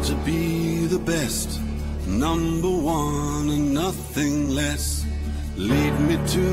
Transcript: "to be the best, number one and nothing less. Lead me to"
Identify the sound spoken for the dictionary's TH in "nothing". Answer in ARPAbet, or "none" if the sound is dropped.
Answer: TH